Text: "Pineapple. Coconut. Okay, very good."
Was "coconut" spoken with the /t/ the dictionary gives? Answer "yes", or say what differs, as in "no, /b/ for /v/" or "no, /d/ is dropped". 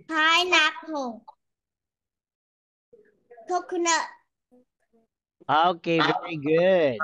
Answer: no, /t/ is dropped